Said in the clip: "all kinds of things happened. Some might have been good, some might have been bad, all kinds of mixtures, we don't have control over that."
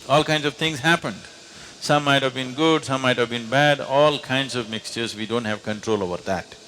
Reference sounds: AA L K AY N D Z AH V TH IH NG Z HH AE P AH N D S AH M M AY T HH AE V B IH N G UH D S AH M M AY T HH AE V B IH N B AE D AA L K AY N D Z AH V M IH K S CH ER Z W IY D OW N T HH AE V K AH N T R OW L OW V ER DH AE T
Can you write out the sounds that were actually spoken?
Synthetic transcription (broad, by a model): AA L K AY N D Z AH V T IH NG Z HH AE P AH N D S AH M M AY T HH AE V B IH N G UH D S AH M M AY T HH AE V B IH N B AE D AA L K AY N D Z AH V M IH K S CH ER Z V IY D OW N T HH AE V K AH N T R OW L OW V ER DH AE T